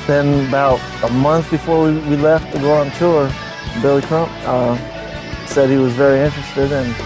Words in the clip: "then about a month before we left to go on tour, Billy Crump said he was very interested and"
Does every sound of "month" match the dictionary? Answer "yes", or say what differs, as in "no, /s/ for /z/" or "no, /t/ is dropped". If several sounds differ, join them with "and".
yes